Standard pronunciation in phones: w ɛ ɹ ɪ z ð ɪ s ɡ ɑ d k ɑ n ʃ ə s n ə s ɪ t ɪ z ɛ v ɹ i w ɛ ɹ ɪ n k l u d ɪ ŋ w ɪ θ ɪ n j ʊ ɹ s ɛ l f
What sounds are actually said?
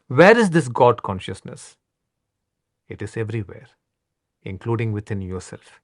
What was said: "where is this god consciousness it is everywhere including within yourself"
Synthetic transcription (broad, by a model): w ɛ ɹ ɪ z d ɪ s ɡ ɑ d k ɑ n ʃ ə s n ə s ɪ t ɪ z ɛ v ɹ i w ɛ ɹ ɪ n k l u d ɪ ŋ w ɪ t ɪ n j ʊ ɹ s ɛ l f